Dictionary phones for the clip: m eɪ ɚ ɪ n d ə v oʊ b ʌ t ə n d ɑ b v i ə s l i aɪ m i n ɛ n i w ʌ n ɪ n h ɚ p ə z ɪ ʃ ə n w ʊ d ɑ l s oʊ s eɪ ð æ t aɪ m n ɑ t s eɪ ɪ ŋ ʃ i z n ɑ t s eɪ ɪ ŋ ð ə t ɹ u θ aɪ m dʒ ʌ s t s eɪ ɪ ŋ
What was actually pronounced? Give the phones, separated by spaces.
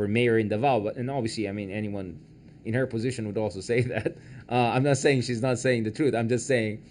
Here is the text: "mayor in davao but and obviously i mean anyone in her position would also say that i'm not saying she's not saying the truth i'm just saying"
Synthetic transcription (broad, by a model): m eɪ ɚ ɪ n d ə v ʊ b ʌ t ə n ɑ b v i ə s l i aɪ m i n ɛ n i w ʌ n ɪ n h ɚ p ə z ɪ ʃ ə n w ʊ d ɑ l s oʊ s eɪ ð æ t aɪ m n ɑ t s eɪ ɪ ŋ ʃ i z n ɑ t s eɪ ɪ ŋ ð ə t ɹ u θ aɪ m dʒ ʌ s t s eɪ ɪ ŋ